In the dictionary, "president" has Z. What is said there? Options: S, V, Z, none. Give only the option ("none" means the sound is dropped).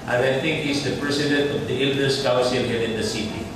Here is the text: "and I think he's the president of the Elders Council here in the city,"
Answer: S